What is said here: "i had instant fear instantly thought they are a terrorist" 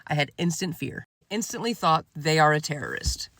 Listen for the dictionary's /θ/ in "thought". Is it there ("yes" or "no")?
yes